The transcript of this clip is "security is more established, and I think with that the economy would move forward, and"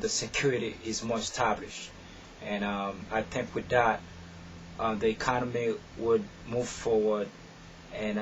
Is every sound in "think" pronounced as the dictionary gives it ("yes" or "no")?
yes